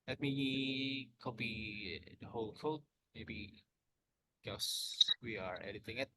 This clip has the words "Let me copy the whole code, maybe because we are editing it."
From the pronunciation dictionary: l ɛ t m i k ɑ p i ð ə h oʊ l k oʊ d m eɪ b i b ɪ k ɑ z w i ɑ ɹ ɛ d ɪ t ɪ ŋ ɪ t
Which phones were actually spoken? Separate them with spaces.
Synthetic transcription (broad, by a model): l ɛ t m i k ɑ b i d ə h oʊ l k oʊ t m eɪ b i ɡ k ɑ s w i ɑ ɹ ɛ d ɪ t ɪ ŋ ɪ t